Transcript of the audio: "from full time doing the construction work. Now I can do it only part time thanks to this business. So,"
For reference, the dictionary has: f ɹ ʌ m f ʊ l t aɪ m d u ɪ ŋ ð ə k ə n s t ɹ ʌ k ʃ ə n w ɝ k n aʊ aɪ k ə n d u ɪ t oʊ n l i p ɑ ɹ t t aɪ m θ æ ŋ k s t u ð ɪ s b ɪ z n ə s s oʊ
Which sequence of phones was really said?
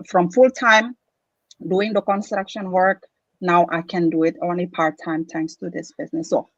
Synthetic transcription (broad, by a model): f ɹ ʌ m f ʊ l t aɪ m d u ɪ ŋ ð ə k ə n s t ɹ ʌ k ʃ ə n w ɝ k n aʊ aɪ k ə n d u ɪ t oʊ n l i p ɑ ɹ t t aɪ m t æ ŋ k s t u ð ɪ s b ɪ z n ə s s oʊ